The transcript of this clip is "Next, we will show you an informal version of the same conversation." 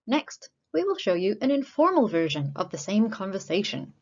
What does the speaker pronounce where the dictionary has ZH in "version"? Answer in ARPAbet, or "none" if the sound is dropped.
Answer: ZH